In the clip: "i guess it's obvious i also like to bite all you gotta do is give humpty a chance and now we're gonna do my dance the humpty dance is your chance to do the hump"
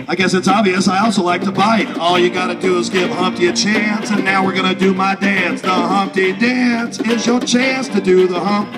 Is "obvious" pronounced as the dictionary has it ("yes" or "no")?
yes